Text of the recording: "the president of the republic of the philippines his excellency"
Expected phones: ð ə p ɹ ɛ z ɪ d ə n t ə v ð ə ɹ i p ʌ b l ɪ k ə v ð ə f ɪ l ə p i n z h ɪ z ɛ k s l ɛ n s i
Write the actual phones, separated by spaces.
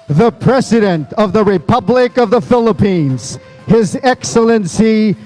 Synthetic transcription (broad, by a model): ð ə p ɹ ɛ z ɪ d ə n t ə v ð ə ɹ i p ʌ b l ɪ k ə v ð ə f ɪ l ə p i n z h ɪ z ɛ k s l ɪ n s i